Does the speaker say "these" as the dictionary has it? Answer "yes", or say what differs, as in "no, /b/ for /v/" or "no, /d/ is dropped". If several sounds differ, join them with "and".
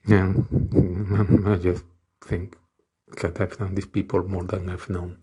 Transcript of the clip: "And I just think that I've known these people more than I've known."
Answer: no, /s/ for /z/